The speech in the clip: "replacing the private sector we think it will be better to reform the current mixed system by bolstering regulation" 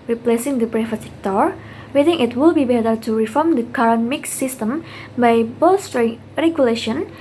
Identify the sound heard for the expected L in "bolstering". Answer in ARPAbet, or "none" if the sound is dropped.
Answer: none